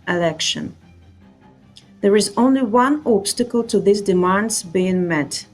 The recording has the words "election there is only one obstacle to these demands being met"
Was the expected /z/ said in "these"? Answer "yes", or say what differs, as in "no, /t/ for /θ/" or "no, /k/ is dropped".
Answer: no, /s/ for /z/